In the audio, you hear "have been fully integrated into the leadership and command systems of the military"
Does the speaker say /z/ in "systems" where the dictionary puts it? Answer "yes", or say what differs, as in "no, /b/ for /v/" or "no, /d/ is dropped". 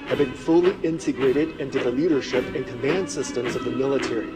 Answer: yes